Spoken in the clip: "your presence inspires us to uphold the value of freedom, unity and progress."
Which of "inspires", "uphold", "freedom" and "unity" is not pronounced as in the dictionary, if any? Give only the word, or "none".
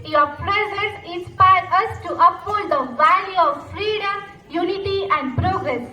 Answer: inspires